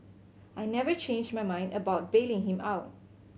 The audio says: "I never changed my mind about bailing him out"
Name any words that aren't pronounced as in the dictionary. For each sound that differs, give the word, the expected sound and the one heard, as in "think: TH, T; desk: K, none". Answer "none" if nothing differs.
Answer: none